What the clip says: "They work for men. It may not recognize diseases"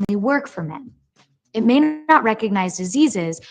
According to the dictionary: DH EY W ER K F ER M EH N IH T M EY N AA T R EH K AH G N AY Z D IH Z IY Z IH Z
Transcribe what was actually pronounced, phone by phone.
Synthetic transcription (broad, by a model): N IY W ER K F ER M EH N IH T M EY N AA T R EH K AH G N AY Z D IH Z IY Z IH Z